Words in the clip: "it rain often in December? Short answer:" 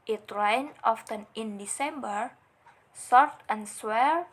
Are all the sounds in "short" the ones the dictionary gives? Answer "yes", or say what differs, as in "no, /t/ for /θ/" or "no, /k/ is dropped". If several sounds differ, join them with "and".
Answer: no, /s/ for /ʃ/